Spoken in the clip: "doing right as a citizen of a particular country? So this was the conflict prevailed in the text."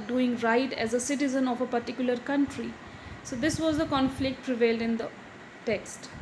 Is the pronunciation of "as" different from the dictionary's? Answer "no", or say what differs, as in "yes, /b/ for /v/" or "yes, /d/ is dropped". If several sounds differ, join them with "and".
no